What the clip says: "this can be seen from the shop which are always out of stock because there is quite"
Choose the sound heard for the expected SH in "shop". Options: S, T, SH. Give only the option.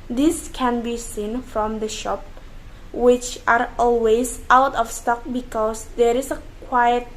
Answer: SH